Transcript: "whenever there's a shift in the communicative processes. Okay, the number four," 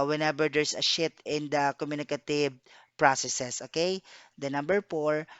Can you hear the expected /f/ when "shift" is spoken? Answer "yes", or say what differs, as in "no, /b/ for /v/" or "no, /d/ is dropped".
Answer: no, /f/ is dropped